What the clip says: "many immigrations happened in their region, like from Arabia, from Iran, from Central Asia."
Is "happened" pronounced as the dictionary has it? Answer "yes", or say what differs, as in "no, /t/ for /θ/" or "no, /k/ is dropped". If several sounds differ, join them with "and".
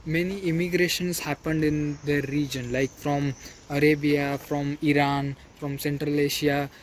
yes